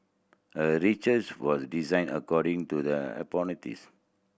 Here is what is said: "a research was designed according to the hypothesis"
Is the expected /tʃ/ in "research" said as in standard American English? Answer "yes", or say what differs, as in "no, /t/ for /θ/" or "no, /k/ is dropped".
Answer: no, /s/ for /tʃ/